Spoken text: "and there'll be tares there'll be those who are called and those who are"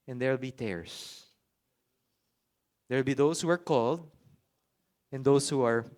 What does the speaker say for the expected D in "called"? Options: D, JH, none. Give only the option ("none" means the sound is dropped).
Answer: D